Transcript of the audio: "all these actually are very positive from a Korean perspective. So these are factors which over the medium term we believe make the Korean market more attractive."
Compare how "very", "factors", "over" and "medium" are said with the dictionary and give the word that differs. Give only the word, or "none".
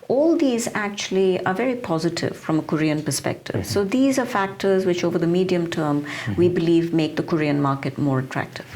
none